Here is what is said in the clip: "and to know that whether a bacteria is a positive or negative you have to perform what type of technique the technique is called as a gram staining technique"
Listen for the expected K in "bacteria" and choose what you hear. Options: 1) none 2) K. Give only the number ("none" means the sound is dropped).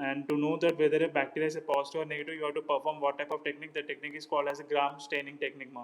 2